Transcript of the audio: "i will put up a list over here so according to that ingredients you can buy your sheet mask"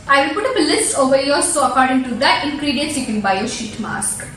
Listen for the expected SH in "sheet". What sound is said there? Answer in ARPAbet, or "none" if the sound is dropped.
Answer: SH